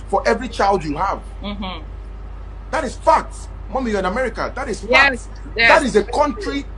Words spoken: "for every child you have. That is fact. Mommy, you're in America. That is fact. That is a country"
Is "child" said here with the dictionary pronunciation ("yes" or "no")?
yes